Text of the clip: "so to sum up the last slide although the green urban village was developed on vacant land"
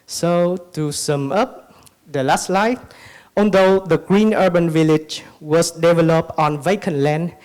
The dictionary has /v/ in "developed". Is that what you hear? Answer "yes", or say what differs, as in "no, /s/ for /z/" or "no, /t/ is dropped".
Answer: yes